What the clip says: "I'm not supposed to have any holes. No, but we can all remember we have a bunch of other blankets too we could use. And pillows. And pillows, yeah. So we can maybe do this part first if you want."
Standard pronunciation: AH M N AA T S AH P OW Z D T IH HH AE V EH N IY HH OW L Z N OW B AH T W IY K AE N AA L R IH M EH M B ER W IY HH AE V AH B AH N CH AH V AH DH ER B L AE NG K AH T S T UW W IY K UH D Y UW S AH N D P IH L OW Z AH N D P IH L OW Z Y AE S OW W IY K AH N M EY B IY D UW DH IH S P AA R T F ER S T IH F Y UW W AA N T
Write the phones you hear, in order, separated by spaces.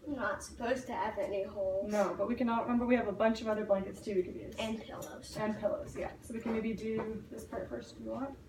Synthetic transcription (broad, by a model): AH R N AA T S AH P OW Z T IH V EH N IY HH OW L N OW B AH T W IY K AE N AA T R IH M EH M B ER W IY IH V AH B AH N CH AH V AH DH ER B L AE NG K AH T S T UW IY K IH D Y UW AH N P IH L OW Z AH N P IH L OW Z Y AE S OW W IY K AH N M EY B IY D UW DH IH S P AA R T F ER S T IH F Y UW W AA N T